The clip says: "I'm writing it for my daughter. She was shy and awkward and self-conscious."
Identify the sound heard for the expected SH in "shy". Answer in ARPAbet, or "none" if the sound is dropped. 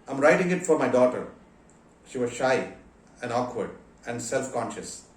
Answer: SH